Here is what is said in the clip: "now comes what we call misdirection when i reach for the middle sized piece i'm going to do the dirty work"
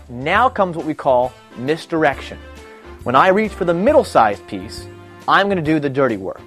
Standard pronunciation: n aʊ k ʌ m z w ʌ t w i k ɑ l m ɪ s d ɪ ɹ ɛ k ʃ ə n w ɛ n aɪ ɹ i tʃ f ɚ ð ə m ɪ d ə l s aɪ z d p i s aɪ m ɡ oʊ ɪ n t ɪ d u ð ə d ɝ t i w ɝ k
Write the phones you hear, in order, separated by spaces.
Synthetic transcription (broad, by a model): n aʊ k ʌ m z w ʌ t w i k ɑ l m ɪ s d ɪ ɹ ɛ k ʃ ə n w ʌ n aɪ ɹ i tʃ f ɚ ð ə m ɪ d l s aɪ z p i s aɪ m ɡ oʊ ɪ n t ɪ d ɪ ð ə d ɝ t i w ɝ k